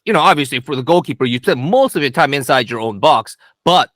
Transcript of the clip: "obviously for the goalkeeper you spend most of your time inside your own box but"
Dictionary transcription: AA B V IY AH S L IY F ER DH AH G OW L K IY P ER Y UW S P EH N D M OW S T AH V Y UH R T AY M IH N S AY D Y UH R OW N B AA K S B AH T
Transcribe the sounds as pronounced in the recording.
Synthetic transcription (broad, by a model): AA B V IY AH S L IY F ER DH AH G OW L K IY P ER Y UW S P EH N M OW S T AH V Y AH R T AY M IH N S AY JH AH R OW N B AA K S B AH T